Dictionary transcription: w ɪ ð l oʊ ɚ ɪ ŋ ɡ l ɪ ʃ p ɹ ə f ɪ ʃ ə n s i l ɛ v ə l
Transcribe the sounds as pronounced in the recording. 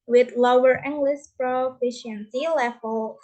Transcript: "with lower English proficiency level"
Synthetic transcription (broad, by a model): w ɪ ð l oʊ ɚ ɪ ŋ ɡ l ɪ s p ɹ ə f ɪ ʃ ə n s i l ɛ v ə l